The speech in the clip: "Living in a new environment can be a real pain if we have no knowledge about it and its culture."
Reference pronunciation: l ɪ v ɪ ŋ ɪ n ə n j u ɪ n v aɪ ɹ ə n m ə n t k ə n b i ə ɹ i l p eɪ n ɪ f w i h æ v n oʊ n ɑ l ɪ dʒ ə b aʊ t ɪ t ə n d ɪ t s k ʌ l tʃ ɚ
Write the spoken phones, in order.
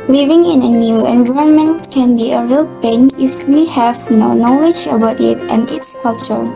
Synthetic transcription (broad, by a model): l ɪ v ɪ ŋ ɪ n ə n j u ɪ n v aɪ ə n m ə n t k ə n b i ə ɹ i l p eɪ n ɪ f w i h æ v n oʊ n ɑ l ɪ dʒ ə b aʊ t ɪ t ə n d ɪ t s k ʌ l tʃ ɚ